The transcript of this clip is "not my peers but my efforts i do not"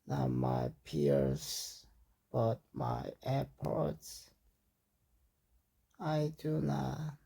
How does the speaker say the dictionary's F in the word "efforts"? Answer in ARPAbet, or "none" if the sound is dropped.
P